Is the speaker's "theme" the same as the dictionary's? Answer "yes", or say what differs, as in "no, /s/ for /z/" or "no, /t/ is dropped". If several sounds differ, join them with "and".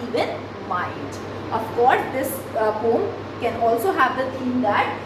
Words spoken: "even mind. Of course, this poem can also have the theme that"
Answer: no, /t/ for /θ/